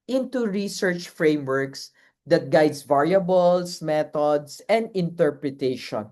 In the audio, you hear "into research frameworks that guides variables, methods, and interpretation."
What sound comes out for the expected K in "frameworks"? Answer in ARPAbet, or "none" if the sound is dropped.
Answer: K